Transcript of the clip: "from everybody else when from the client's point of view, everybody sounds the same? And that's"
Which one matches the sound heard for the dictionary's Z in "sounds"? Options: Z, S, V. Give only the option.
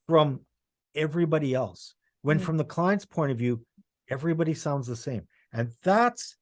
Z